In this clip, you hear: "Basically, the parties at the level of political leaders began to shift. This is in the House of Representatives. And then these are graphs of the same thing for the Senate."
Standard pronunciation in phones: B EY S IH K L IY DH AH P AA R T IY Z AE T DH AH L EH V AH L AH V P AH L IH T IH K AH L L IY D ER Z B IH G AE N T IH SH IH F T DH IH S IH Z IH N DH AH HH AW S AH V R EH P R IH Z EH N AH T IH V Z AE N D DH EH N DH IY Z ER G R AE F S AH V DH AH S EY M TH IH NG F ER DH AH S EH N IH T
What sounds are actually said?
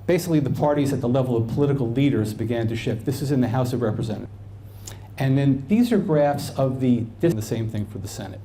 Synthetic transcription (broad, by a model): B EY S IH K L IY DH AH P AA R T IY Z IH T DH AH L EH V L AH V P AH L IH T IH K L L IY D ER Z B IH G AE N T IH SH IH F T DH IH S IH Z IH N DH AH HH AW S AH V R EH P R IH Z EH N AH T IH N DH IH N DH IY Z ER G R AE F S AH V DH AH S EY M TH IH NG F ER DH AH S EH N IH T